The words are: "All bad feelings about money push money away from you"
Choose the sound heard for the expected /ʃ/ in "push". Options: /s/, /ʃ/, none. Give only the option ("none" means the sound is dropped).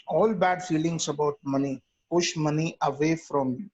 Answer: /ʃ/